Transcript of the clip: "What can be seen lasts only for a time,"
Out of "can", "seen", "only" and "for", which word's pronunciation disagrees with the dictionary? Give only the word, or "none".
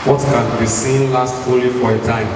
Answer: only